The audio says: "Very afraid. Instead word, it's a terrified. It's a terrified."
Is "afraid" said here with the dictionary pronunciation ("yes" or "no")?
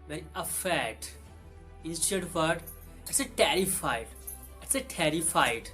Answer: no